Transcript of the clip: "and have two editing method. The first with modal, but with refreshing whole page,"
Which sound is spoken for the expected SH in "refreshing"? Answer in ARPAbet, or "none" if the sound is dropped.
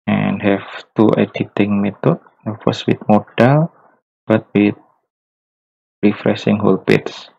S